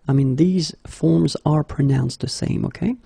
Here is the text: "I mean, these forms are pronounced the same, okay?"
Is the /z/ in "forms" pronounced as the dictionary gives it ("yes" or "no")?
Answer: yes